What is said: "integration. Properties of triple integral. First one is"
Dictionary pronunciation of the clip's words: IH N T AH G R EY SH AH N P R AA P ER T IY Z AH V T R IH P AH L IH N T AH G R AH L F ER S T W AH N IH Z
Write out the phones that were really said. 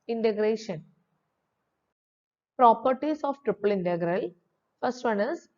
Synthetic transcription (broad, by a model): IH N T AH G R EY SH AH N P R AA P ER T IY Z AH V T R IH P AH L IH N T AH G R AH L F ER S T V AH N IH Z